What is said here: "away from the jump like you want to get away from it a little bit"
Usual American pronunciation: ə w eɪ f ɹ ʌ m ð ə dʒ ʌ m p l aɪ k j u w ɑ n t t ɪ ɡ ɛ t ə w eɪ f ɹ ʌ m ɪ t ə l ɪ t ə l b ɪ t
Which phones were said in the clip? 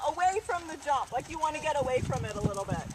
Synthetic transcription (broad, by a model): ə w eɪ f ɹ ʌ m ð ə dʒ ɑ p l aɪ k j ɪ w ɑ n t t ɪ ɡ ɛ t ə w eɪ f ɹ ʌ m ɪ t ə l ɪ t l b ɪ t